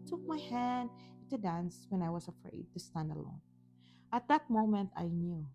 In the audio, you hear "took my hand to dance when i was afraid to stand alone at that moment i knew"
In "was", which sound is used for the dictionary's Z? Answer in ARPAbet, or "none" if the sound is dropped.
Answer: S